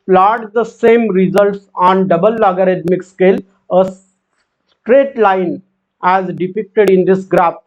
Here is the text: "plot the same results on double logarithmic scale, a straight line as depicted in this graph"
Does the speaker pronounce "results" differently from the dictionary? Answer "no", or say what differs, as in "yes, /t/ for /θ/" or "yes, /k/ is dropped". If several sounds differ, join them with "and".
no